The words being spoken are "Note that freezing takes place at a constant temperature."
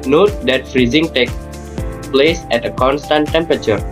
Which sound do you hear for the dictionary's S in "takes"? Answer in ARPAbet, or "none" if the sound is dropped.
none